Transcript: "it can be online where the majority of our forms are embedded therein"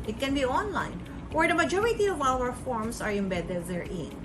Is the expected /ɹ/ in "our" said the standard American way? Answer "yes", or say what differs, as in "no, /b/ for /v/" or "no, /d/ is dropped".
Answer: no, /l/ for /ɹ/